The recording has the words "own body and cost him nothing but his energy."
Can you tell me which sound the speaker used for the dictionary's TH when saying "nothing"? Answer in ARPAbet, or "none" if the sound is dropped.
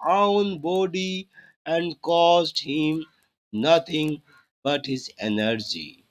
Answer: T